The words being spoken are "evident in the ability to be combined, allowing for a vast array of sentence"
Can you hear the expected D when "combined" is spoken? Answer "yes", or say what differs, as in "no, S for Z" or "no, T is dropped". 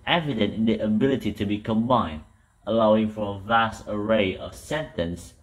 yes